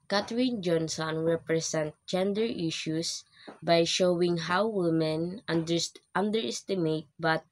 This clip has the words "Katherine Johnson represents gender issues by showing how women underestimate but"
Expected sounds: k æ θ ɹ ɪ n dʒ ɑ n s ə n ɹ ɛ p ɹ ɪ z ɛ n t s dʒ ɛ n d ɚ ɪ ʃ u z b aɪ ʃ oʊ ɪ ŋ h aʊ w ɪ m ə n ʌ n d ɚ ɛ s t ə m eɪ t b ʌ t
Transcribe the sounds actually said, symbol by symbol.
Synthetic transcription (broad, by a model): k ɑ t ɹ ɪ n dʒ ɑ n s ə n ɹ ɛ p ɹ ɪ s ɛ n t dʒ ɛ n d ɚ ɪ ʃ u s b aɪ ʃ oʊ ɪ ŋ h aʊ w ɪ m ə n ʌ n d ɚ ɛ s t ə m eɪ t b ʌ t